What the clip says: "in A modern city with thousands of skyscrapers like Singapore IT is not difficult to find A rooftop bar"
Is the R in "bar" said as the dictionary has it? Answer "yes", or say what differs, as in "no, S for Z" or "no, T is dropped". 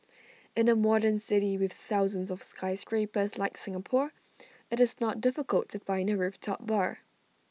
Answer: yes